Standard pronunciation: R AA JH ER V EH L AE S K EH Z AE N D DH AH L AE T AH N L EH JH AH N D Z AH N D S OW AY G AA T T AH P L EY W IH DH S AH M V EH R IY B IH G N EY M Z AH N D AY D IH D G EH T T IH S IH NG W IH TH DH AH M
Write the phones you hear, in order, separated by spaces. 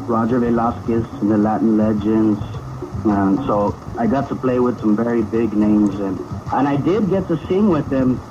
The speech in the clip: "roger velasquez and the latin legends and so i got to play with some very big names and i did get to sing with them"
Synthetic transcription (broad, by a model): R AA JH ER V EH L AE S K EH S N DH AH L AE T N L EH JH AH N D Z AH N S OW AY G AA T T AH P L EY W IH DH S AH M V EH R IY B IH G N EY M Z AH N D AY D IH D G EH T T IH S IH NG W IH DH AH M